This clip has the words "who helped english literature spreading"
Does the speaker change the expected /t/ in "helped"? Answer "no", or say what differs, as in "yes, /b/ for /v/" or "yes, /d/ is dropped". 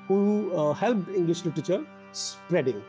yes, /t/ is dropped